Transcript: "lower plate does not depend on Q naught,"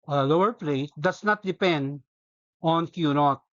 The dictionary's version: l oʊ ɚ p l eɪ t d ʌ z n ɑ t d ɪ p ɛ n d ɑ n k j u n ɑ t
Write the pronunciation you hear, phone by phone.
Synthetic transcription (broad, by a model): l oʊ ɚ p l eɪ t d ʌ s n ɑ t d ɪ p ɛ n d ɑ n k j u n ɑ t